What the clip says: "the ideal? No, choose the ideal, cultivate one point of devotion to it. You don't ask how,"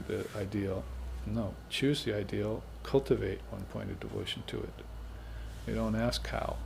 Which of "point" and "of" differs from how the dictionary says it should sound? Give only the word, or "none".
none